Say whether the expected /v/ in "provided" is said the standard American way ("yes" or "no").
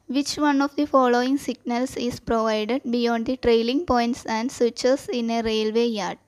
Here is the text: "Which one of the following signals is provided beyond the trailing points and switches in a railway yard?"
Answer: yes